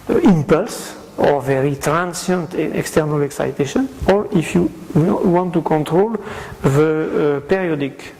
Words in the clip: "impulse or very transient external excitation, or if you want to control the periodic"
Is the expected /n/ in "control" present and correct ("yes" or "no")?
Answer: yes